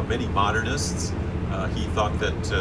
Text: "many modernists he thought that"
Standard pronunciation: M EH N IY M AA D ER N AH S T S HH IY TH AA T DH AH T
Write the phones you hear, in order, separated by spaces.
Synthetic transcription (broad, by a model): M EH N IY M AA D ER N AH S T S HH IY TH AA T DH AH T